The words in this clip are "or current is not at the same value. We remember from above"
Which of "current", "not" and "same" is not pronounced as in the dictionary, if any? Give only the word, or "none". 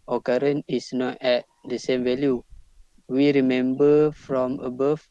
current